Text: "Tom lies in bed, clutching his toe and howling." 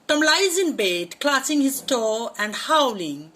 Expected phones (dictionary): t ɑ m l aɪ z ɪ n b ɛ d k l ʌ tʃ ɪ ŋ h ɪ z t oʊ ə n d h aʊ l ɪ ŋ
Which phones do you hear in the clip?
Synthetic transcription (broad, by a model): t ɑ m l aɪ z ɪ n b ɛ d k l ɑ s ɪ ŋ h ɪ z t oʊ ə n d h aʊ l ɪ ŋ